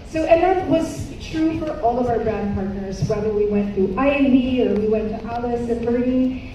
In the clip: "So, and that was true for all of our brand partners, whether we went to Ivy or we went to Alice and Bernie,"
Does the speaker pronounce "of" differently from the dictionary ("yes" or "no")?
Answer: no